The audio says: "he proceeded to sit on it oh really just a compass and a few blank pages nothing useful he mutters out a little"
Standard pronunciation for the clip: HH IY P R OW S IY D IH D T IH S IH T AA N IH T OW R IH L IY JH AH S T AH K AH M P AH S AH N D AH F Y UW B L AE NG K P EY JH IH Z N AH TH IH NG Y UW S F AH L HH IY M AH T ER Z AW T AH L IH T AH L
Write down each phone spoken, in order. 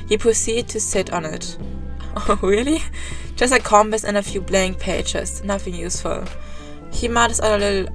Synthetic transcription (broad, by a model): HH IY P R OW S IY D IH D T IH S IH T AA N IH T OW R IH L IY JH AH S T AH K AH M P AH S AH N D AH F Y UW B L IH NG P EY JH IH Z N AH TH IH NG Y UW S F AH L HH IY M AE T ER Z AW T AH L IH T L